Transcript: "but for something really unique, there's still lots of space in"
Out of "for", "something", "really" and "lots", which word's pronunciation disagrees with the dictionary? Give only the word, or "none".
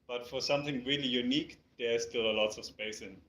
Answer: none